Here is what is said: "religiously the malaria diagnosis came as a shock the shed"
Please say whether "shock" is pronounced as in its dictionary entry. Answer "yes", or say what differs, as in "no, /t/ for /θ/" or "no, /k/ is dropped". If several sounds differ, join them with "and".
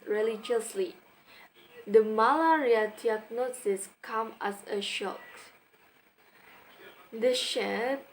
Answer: yes